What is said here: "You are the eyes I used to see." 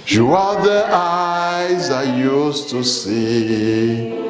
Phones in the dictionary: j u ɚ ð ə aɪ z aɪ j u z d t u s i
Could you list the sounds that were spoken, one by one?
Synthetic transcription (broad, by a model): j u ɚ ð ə aɪ z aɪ j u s t u s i